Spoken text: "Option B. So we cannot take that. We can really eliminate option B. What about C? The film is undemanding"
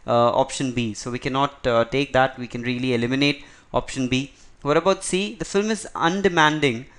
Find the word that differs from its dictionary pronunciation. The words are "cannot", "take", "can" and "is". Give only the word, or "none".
none